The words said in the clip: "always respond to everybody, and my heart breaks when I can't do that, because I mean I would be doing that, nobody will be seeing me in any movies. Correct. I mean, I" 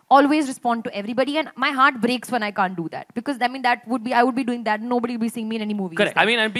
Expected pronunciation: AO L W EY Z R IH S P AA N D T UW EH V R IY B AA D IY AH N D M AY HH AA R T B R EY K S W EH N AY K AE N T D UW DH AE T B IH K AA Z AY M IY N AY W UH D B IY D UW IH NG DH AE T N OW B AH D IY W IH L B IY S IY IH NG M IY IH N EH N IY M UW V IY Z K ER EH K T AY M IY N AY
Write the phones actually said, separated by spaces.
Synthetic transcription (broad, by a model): AO L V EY Z R IH S P AA N D T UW EH V R IY B AA D IY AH N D M AY HH AA R T B R EY K S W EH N AY K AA N T D UW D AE T B IH K AA Z AY M IY N AY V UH D B IY D UW IH NG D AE T N OW B AH D IY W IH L B IY S IY IH NG M IY IH N EH N IY M UW V IY K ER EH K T AY M IY N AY